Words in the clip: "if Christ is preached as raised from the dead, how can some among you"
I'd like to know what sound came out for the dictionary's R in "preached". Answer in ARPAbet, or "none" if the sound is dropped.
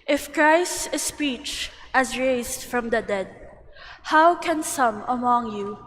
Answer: none